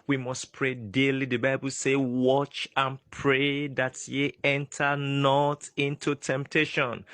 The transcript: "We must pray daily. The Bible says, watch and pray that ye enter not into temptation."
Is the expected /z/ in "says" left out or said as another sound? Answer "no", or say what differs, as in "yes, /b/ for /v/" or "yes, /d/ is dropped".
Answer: yes, /z/ is dropped